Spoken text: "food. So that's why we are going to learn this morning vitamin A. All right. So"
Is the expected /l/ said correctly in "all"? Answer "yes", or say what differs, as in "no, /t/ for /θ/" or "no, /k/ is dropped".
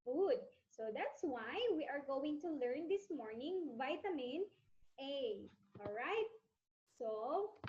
yes